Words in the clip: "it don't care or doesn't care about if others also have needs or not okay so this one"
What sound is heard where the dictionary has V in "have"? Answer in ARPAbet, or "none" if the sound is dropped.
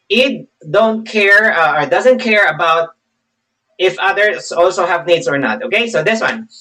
V